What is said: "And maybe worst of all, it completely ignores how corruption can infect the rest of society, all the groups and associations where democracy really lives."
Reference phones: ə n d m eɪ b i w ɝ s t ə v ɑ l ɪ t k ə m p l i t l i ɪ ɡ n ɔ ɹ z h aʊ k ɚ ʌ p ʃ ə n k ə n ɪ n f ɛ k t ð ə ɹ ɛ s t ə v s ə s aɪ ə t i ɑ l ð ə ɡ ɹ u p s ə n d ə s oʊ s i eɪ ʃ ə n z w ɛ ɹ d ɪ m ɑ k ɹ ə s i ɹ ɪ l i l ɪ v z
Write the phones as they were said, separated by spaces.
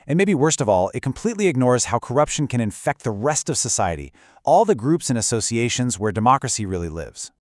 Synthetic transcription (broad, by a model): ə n m eɪ b i w ɝ s t ə v ɑ l ɪ t k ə m p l i t l i ɪ ɡ n ɔ ɹ z h aʊ k ɚ ʌ p ʃ ə n k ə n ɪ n f ɛ k t ð ə ɹ ɛ s t ə v s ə s aɪ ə t i ɑ l ð ə ɡ ɹ u p s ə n ə s oʊ s i eɪ ʃ ə n z w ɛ ɹ d ɪ m ɑ k ɹ ə s i ɹ ɪ l i l ɪ v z